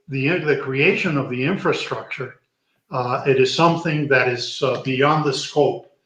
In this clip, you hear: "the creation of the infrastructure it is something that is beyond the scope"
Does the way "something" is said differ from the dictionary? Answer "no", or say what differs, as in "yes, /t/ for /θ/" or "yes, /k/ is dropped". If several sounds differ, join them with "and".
no